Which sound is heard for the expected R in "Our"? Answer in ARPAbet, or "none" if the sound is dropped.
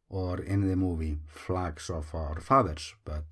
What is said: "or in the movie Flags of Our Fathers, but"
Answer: R